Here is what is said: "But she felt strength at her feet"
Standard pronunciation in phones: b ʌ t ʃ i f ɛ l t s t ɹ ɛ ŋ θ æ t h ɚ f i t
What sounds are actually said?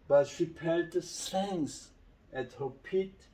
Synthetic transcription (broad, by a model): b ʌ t ʃ i p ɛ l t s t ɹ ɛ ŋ s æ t h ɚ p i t